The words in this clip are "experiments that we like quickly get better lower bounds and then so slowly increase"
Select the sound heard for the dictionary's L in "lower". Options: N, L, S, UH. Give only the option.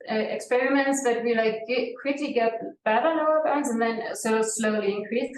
N